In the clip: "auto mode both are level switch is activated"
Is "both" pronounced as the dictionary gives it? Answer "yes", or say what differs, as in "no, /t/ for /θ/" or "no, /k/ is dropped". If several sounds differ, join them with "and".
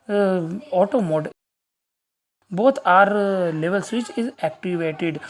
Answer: no, /t/ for /θ/